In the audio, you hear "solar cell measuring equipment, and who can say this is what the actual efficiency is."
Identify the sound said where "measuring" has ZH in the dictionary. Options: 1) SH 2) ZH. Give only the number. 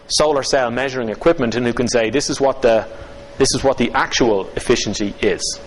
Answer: 2